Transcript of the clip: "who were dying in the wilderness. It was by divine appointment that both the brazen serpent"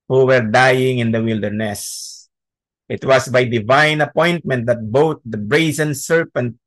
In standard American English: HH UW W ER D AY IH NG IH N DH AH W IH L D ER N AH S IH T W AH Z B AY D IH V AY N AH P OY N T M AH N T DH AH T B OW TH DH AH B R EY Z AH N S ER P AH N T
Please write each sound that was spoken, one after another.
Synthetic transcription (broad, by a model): HH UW W ER D AY IH NG IH N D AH W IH L D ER N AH S IH T W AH S B AY D IH V AY N AH P OY N T M AH N T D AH T B OW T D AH B R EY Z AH N S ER P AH N T